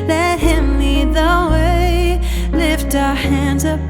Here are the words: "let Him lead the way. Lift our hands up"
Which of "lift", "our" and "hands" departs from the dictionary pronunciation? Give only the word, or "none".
none